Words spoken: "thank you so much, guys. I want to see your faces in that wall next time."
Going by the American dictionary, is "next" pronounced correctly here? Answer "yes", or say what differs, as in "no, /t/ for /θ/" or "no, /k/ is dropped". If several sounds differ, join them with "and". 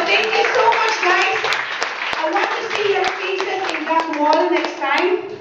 yes